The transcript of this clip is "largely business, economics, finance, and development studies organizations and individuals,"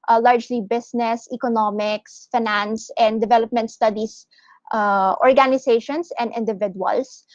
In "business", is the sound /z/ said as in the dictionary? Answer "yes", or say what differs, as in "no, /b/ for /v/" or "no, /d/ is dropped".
no, /s/ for /z/